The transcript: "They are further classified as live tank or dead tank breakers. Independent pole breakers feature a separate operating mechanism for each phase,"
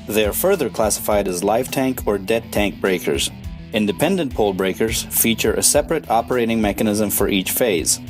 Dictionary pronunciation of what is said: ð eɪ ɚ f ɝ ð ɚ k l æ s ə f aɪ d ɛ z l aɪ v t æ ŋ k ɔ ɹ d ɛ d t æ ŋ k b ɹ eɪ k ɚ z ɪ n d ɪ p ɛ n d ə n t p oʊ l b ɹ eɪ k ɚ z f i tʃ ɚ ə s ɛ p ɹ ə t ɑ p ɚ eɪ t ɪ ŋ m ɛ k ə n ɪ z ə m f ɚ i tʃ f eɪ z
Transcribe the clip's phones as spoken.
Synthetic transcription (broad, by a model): ð eɪ ɚ f ɝ ð ɚ k l æ s ə f aɪ d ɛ z l aɪ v t æ ŋ k ɔ ɹ d ɛ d t æ ŋ k b ɹ eɪ k ɚ z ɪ n d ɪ p ɛ n d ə n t p oʊ l b ɹ eɪ k ɚ z f i tʃ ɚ ə s ɛ p ɹ ə t ɑ p ɚ eɪ t ɪ ŋ m ɛ k ə n ɪ z ə m f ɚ i tʃ f eɪ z